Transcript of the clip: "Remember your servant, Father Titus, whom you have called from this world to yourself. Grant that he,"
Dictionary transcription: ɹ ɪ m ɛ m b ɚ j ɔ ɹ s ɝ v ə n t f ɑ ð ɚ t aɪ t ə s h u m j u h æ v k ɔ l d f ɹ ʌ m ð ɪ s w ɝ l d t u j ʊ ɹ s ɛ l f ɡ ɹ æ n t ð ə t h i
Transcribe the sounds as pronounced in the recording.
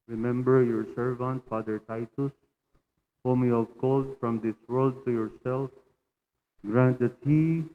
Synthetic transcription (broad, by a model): ɹ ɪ m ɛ m b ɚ j ɔ ɹ s ɝ v ə n t f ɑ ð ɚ t aɪ t ə s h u m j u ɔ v k ɔ l d f ɹ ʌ m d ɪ s w ɝ l d t u j ʊ ɹ s ɛ l f ɡ ɹ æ n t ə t h i